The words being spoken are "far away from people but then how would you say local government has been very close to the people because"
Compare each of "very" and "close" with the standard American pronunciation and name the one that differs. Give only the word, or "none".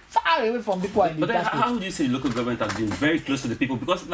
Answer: none